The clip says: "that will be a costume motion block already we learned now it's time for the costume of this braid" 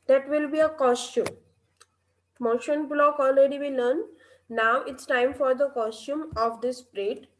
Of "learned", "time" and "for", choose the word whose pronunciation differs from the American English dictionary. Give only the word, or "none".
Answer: learned